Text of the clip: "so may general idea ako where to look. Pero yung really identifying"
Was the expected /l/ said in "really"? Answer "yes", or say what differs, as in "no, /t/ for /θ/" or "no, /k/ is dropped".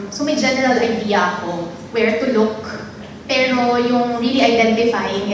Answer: no, /l/ is dropped